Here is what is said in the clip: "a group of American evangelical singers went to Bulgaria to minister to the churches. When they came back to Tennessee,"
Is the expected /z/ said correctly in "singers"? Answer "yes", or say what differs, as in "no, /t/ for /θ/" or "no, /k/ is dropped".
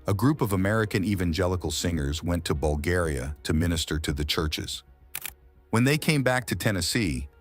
yes